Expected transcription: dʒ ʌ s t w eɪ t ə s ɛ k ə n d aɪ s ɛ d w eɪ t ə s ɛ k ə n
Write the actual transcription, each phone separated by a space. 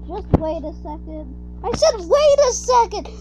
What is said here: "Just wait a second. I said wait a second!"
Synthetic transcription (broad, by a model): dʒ ʌ s t w eɪ t ə s ɛ k ə n d aɪ ʃ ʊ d w eɪ t ə s ɛ k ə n